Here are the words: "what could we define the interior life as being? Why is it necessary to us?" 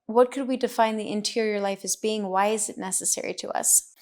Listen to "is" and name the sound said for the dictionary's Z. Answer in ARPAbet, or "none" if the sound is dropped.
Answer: Z